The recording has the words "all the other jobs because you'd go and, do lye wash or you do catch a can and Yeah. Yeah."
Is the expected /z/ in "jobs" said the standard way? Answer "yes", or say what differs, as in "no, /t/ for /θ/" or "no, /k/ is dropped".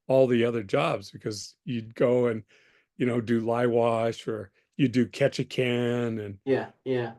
yes